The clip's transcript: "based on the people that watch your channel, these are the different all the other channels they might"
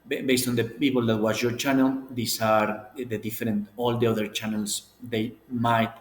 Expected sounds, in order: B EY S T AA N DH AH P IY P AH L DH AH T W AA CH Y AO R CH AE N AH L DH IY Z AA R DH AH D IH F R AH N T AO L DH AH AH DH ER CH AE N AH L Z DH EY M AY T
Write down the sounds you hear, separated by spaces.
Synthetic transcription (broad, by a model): B EY S T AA N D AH P IY P AH L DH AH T W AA S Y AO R CH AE N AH L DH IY S AA R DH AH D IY F R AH N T AO L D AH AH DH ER CH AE N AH L S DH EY M AY T